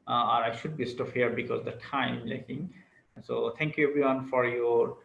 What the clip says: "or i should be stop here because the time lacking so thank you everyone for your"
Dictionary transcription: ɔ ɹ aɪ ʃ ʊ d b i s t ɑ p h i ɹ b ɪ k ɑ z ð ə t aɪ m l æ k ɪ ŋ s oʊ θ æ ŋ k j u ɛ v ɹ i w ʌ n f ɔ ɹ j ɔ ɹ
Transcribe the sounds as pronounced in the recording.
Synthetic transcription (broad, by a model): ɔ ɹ aɪ ʃ ʊ d b i s t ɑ f h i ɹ b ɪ k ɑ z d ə t aɪ m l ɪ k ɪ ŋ s oʊ t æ ŋ k j u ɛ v ɹ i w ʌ n f ɔ ɹ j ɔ ɹ